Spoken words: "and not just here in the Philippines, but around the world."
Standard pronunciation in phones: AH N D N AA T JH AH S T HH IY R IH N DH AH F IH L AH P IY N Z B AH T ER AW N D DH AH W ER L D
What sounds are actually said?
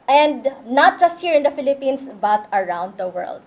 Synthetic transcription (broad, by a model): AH N D N AA T JH AH S T HH IY R IH N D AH F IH L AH P IY N S B AH T ER AW N D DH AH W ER L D